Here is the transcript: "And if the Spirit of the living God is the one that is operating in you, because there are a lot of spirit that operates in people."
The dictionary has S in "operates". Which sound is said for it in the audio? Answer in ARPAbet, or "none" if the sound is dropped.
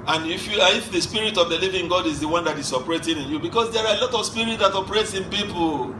S